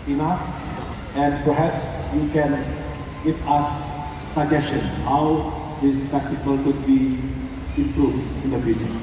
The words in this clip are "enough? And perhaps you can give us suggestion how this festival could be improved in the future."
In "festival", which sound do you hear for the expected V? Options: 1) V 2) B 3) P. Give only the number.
3